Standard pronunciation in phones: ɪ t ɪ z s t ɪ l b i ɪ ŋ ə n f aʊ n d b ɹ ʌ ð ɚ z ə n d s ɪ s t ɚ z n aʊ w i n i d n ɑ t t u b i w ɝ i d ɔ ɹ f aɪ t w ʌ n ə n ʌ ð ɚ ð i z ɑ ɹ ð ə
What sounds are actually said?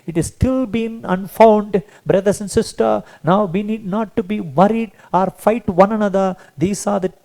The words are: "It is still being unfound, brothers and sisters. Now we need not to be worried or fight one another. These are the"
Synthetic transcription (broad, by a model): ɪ t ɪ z s t ɪ l b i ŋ ə n f aʊ n d b ɹ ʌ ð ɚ s ə n d s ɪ s t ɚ n aʊ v i n i d n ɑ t t u b i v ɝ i d ɔ ɹ f aɪ t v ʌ n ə n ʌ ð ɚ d i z ɑ ɹ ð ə